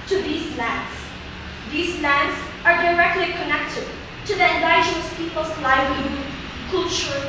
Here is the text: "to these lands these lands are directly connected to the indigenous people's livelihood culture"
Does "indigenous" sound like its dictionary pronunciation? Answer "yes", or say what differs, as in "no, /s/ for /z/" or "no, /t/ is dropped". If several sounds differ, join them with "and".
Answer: no, /dʒ/ is dropped